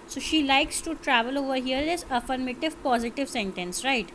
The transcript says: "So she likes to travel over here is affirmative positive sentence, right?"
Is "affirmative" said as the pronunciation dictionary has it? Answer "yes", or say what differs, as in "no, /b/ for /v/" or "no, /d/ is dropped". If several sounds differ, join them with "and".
yes